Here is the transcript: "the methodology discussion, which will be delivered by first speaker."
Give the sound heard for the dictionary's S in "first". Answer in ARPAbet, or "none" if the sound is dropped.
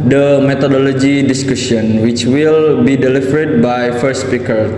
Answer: none